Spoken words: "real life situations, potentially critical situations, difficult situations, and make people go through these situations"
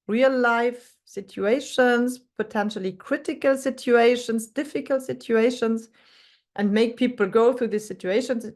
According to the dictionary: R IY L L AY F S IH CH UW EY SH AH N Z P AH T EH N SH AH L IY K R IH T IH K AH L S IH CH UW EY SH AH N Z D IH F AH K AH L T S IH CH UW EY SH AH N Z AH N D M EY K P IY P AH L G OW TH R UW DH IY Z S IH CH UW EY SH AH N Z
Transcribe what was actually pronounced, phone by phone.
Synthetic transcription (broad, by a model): R IY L L AY F S IH CH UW EY SH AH N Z P AH T EH N SH AH L IY K R IH T IH K AH L S IH CH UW EY SH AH N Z D IH F AH K AH L T S IH CH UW EY SH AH N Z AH N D M EY K P IY P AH L G OW TH R UW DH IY S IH CH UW EY SH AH N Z